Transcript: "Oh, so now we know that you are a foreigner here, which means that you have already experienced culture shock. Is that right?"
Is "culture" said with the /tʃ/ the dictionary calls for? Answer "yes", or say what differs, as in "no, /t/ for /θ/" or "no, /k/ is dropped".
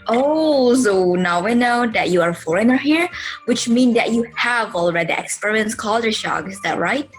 no, /tʃ/ is dropped